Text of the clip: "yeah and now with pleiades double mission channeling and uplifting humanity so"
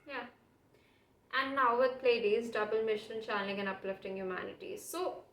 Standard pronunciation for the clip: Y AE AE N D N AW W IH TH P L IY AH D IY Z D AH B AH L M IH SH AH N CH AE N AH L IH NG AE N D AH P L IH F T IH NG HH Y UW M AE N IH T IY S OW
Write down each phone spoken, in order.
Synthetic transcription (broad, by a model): Y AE AE N D N AW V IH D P L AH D IY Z D AH B AH L M IH SH AH N CH AE N AH L IH NG AE N D AH P L IH F T IH NG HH Y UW M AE N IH T IY S OW